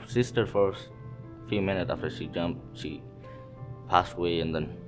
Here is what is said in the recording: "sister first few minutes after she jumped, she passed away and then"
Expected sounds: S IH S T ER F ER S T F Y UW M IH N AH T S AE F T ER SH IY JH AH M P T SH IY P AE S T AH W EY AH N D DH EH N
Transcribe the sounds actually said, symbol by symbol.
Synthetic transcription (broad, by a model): S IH S T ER F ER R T F Y UW M IH N AH T S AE F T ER SH IY JH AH M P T SH IY P AE S T AH W EY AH N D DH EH N